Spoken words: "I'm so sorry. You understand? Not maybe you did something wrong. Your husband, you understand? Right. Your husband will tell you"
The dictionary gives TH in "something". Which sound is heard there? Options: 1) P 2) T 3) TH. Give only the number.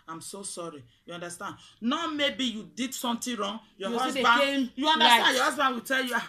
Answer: 2